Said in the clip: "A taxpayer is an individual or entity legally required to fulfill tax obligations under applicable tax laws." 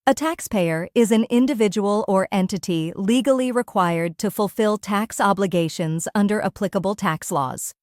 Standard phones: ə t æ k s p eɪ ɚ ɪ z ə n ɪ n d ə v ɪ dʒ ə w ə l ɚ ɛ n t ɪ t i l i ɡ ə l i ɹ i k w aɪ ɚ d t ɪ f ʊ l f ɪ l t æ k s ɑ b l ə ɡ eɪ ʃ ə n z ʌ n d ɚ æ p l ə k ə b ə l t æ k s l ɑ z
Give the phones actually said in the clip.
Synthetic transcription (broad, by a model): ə t æ k s p eɪ ɚ ɪ z ə n ɪ n d ə v ɪ dʒ ə w ə l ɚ ɛ n t ɪ t i l i ɡ l i ɹ i k w aɪ ɚ d t ɪ f ʊ l f ɪ l t æ k s ɑ b l ə ɡ eɪ ʃ ə n z ʌ n d ɚ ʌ p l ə k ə b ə l t æ k s l ɑ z